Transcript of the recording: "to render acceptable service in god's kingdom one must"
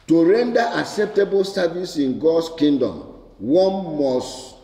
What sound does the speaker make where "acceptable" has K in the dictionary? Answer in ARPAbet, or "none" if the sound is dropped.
K